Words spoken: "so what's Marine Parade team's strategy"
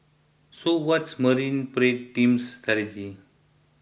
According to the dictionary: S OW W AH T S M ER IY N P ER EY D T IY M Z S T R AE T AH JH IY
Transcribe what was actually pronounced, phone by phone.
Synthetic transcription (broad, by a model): S OW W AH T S M ER IY N P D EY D T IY M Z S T AA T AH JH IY